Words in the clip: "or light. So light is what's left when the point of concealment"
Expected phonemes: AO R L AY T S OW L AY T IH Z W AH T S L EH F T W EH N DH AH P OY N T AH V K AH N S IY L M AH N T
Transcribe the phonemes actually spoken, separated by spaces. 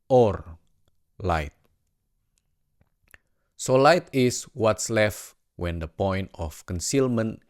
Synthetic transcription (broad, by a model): AO R L AY T S OW L AY T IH S W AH T S L EH F T W EH N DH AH P OY N T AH F K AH N S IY L M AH N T